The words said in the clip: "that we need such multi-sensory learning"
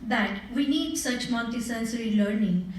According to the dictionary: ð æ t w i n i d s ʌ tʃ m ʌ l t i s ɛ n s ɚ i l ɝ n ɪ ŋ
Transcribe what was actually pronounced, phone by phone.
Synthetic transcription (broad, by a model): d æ t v i n i d s ʌ tʃ m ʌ n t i s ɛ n s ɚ i l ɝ n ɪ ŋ